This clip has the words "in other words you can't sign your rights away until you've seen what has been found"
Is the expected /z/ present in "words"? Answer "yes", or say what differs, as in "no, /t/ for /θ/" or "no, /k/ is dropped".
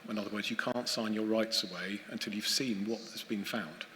yes